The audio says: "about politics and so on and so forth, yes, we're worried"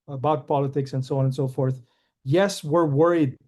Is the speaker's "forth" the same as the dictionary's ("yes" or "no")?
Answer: yes